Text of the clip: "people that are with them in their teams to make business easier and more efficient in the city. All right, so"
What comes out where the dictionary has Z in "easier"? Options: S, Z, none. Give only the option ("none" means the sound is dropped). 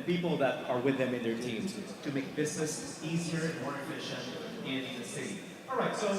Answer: Z